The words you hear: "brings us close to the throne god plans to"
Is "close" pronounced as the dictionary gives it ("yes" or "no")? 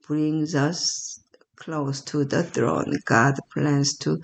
yes